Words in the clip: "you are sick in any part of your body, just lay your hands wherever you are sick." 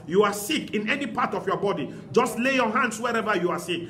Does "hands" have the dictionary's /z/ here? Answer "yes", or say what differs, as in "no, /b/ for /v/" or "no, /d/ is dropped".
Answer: no, /s/ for /z/